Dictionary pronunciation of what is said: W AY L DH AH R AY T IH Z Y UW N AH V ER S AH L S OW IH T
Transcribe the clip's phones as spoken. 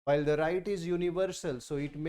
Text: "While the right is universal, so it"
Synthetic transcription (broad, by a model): AY L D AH R AY T IH Z Y UW N AH V ER S AH L S OW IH T